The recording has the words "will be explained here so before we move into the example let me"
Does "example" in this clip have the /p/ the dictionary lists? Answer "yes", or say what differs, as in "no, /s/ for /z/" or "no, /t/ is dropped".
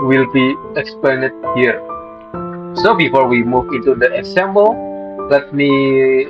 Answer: no, /b/ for /p/